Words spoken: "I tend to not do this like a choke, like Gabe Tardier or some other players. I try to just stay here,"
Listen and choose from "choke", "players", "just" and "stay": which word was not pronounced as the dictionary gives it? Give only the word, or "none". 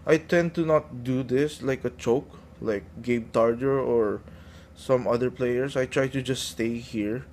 players